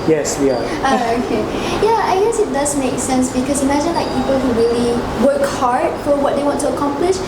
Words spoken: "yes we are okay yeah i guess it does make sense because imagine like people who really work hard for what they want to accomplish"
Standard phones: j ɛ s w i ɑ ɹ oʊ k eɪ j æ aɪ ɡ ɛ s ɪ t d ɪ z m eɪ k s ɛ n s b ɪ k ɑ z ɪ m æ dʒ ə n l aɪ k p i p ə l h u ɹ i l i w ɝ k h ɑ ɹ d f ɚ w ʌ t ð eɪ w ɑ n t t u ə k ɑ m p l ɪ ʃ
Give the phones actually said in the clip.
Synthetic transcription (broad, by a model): j ɛ s w i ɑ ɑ oʊ k eɪ j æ aɪ ɡ ɛ s ɪ t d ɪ s m eɪ k s ɛ n s b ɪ k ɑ s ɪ m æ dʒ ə n l aɪ k p i p ə l h u ɹ i l i w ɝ k h ɑ ɹ d f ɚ w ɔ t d eɪ w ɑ n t t u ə k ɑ m p l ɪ ʃ